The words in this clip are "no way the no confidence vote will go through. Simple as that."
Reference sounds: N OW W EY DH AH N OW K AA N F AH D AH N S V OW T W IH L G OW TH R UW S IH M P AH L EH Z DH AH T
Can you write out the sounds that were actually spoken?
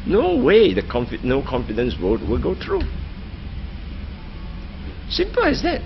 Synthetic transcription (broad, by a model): N OW W EY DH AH N OW K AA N F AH D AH N S W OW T W IH L G OW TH R UW S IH M P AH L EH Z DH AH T